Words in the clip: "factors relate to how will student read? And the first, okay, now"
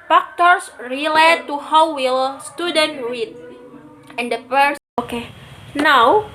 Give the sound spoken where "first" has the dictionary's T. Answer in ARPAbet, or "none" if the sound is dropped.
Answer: none